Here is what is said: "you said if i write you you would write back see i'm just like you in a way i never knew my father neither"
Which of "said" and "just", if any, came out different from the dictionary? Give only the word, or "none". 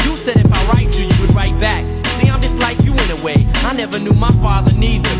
none